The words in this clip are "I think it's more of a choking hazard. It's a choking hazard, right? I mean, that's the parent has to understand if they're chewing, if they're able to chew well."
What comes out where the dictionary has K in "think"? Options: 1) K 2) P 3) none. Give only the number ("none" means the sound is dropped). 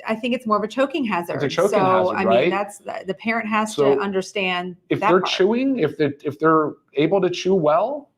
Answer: 1